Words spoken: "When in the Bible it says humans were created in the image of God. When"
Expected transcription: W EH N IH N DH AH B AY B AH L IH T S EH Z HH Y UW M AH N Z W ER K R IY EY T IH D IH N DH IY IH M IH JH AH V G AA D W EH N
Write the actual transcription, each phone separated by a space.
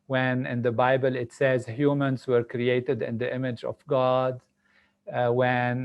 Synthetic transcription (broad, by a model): W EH N IH N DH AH B AY B AH L IH T S EH Z HH Y UW M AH N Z W ER K R IY EY T IH D IH N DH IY IH M IH JH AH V G AA D W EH N